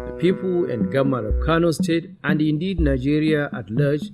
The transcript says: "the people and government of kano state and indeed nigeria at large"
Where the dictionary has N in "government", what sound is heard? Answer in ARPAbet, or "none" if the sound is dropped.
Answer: none